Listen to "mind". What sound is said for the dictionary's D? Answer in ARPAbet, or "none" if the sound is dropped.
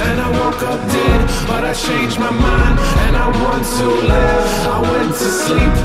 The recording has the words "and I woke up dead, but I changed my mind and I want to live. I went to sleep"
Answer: none